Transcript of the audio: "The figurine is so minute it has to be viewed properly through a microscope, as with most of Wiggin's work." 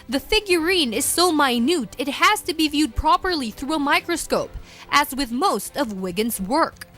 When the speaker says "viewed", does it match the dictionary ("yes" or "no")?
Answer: yes